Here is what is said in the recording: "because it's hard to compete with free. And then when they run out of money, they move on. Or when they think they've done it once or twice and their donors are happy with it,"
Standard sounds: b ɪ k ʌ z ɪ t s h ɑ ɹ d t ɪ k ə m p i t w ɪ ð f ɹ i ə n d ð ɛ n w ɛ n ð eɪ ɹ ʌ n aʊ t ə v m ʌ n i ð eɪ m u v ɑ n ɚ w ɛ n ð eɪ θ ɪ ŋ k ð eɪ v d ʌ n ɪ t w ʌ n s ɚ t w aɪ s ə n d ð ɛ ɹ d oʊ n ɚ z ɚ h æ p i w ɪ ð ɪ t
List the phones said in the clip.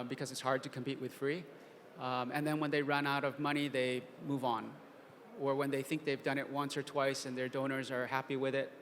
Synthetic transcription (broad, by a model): b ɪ k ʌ z ɪ t s h ɑ ɹ d t ɪ k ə m p i t w ɪ ð f ɹ i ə n ð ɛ n w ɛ n ð eɪ ɹ ʌ n aʊ t ə v m ʌ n i ð eɪ m u v n ɚ w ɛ n ð eɪ θ ɪ ŋ k ð eɪ v d ʌ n ɪ t w ʌ n s ɚ t w aɪ s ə n ð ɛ ɹ d oʊ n ɚ z ɚ h æ p i w ɪ ð ɪ t